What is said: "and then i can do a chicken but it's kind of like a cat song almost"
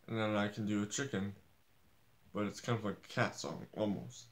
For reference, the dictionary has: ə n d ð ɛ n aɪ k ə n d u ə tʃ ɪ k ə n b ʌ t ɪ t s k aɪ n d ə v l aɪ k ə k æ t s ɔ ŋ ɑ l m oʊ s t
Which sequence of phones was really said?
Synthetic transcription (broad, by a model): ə n ð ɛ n aɪ k n d ə tʃ ɪ k ə n b ʌ t ɪ t s k aɪ n d ə v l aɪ ə k æ t s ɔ ŋ ɑ l m oʊ s t